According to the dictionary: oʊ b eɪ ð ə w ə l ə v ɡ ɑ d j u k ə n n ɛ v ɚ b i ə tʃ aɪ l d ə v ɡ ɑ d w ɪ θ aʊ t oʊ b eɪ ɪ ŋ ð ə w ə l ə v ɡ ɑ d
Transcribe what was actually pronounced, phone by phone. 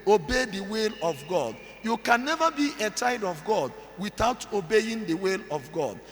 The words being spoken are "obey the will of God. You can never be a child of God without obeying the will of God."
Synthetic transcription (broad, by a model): oʊ b eɪ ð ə w ə l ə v ɡ ɑ d j u k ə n n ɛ v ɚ b i ə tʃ aɪ d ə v ɡ ɑ d w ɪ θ aʊ t oʊ b eɪ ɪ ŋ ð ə w ə l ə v ɡ ɑ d